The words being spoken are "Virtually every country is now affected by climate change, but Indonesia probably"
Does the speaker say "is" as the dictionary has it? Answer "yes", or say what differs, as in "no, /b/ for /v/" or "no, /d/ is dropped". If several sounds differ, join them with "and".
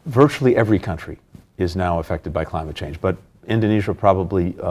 yes